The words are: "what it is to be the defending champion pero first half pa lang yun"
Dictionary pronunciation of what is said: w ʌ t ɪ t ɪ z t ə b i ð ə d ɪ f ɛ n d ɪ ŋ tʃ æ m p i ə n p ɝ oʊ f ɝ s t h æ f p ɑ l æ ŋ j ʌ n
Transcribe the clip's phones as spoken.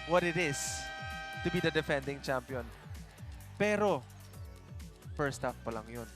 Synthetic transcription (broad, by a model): w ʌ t ɪ t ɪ s t ə b i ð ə d ɪ f ɛ n d ɪ ŋ tʃ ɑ m p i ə n p ɝ oʊ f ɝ s t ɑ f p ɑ l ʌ ŋ j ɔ n